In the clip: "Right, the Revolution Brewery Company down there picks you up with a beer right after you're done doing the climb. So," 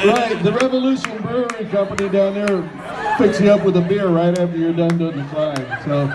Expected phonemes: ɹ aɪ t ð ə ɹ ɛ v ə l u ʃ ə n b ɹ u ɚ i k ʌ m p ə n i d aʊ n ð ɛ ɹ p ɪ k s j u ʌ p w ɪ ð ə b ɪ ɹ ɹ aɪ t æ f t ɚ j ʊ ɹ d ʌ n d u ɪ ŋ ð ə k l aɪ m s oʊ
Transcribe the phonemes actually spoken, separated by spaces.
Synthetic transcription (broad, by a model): ɹ aɪ t ð ə ɹ ɛ v ə l u ʃ ə n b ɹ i k ʌ m p ə n i d aʊ n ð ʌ ɹ f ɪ k s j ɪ ʌ p w ɪ ð ə b ɪ ɹ ɹ aɪ t æ f t ɚ j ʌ ɹ d ʌ n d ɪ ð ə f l aɪ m s oʊ